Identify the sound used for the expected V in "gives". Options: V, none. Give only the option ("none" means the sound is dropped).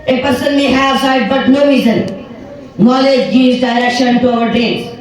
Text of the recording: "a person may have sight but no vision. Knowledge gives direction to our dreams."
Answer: none